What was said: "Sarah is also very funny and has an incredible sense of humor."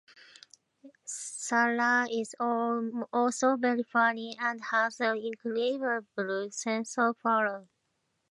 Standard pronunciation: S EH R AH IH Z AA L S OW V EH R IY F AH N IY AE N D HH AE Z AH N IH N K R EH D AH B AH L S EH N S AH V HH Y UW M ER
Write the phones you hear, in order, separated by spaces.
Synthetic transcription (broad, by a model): S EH L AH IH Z AA L S OW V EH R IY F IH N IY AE N D HH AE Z AH N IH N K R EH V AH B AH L S EH N S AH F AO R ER